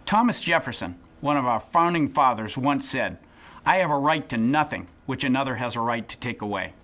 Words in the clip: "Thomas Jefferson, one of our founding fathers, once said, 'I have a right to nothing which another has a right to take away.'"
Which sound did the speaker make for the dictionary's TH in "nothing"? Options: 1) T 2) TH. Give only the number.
2